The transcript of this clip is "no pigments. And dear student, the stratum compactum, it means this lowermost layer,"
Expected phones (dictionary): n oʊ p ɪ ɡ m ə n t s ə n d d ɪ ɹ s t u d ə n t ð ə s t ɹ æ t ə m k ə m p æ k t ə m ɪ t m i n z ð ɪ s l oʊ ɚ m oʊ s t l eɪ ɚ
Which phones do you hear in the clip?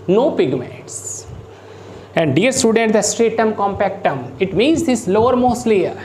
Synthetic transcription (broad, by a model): n oʊ p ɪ ɡ m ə t s ə n d d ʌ ɹ s t u d ə n t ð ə s t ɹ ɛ t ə m k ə m p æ k t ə m ɪ t m i n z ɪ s l oʊ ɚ m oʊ s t l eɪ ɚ